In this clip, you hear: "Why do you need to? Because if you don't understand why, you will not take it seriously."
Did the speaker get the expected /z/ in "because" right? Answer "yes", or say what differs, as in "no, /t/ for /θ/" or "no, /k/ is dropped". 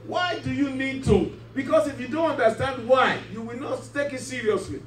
no, /s/ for /z/